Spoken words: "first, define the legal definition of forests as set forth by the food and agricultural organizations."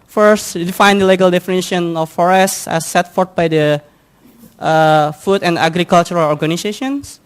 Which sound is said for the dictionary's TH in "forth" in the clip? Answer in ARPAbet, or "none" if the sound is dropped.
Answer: T